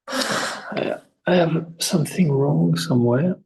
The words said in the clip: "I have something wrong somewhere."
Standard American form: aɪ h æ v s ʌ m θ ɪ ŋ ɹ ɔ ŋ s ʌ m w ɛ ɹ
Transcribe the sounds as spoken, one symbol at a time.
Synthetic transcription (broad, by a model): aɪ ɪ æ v s ʌ m θ ɪ ŋ ɹ ɔ ŋ s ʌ m w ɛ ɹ